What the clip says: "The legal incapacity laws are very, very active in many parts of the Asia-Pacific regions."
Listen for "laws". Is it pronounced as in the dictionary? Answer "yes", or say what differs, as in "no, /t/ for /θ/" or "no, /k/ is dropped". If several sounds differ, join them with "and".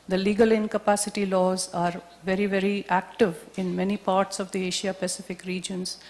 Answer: yes